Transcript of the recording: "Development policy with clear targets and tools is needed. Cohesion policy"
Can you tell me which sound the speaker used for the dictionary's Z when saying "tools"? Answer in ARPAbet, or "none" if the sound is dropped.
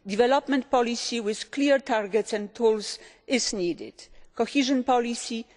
S